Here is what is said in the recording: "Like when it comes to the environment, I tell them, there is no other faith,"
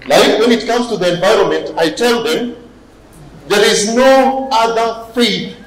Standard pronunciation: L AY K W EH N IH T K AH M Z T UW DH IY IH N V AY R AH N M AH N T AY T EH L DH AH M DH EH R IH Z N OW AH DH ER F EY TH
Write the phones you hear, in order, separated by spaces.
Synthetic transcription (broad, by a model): L AY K W EH N IH T K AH M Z T UW DH IY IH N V AY R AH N M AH N T AY T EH L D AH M DH EH R IH Z N OW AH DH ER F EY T